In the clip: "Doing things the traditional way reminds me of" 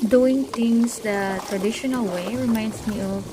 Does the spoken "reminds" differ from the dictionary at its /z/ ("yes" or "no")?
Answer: yes